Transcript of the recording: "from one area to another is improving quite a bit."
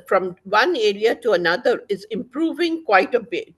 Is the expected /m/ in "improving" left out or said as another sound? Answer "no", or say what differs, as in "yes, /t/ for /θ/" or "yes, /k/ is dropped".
no